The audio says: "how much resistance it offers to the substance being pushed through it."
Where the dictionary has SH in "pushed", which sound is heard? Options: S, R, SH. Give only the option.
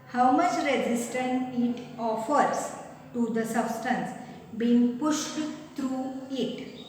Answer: SH